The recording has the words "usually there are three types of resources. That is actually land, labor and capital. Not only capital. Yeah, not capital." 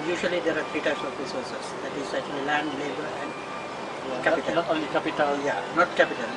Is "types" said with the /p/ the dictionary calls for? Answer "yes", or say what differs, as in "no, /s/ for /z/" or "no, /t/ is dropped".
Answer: no, /p/ is dropped